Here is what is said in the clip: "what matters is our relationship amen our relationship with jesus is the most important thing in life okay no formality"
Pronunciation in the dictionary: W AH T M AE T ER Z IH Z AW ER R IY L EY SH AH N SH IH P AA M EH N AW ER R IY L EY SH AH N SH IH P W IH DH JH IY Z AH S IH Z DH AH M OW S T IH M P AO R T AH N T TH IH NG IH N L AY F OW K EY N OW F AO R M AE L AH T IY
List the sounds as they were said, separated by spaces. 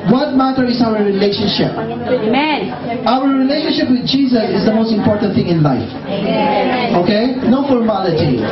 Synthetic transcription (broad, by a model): W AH T M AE T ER IH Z AW ER R IY L EY SH AH N SH IH P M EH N AW ER R IY L EY SH AH N SH IH P W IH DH JH IY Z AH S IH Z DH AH M OW S T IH M P AO R T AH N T TH IH NG IH N L AY F OW K EY N OW F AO R M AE L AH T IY